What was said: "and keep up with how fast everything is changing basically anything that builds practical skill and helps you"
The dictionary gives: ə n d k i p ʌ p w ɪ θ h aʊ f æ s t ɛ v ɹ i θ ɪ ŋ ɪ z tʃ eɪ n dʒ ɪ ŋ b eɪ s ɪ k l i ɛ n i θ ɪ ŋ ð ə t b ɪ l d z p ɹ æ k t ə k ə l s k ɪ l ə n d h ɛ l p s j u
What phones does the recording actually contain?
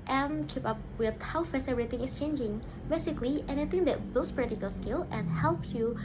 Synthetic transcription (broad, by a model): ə n k i p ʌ p w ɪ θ h aʊ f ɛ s ɛ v ɹ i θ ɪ ŋ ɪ s tʃ eɪ n dʒ ɪ ŋ b eɪ s ɪ k l i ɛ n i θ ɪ ŋ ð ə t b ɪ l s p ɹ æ t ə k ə l s k ɪ l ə n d h ɛ l p s j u